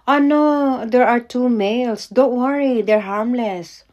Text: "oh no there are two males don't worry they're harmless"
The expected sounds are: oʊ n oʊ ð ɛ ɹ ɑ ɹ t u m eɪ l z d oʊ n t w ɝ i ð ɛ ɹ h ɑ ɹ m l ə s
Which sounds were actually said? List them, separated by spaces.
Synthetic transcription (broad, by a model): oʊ n oʊ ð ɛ ɹ ɑ ɹ t u m eɪ l s d oʊ n t w ɝ i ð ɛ ɹ h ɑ ɹ m l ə s